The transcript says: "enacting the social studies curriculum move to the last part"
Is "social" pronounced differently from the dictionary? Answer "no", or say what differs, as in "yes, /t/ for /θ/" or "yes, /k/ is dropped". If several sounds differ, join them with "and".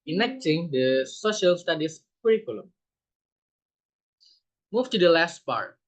no